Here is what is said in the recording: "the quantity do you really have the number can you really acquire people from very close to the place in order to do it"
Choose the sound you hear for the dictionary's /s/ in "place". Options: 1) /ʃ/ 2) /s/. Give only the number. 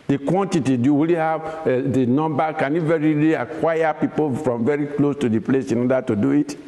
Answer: 2